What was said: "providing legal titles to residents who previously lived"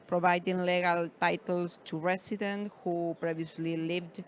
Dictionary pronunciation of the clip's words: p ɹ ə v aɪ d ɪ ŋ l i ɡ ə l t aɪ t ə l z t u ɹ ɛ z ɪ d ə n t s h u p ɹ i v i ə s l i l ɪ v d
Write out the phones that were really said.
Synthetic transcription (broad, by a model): p ɹ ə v aɪ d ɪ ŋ l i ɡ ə l t aɪ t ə l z t u ɹ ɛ s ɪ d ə n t h u p ɹ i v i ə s l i l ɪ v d